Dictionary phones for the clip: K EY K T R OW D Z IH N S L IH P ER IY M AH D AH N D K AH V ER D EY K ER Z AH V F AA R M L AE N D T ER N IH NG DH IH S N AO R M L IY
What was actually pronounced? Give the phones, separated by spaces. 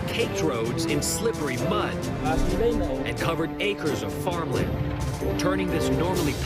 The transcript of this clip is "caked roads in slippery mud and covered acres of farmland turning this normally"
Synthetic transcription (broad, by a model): K EY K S R OW D Z IH N S L IH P ER IY M AH D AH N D K AH V ER D EY K ER Z AH V F AA R M L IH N T ER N IH NG DH IH S N AO R M L IY